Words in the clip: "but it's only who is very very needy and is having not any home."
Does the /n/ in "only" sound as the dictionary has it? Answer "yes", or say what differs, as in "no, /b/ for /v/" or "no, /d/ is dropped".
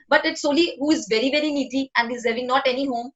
no, /n/ is dropped